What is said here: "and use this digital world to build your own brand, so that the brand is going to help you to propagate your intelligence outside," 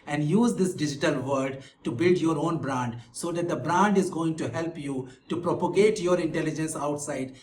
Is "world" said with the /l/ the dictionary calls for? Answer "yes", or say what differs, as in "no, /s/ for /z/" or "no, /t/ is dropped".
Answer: no, /l/ is dropped